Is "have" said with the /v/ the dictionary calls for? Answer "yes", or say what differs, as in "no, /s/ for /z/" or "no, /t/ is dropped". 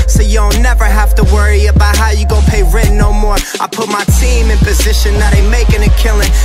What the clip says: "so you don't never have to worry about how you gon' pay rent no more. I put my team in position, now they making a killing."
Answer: no, /f/ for /v/